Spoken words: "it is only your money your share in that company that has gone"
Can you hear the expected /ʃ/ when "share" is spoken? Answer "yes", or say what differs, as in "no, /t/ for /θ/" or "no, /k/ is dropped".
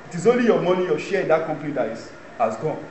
yes